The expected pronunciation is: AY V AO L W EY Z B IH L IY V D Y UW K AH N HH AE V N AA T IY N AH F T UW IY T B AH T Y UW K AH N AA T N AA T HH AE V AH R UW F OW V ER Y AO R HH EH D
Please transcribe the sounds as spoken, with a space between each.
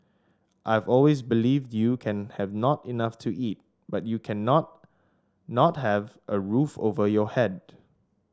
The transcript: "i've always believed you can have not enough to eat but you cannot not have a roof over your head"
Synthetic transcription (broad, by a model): AY V AO L W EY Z B IH L IY V D Y UW K AH N HH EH V N AA T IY N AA F T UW IY T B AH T Y UW K AH N AA T N AA T HH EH V AH R UW F OW V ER Y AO HH EH D